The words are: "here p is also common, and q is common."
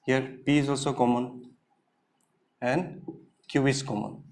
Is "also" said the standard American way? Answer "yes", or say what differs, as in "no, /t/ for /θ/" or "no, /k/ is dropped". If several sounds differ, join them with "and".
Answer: yes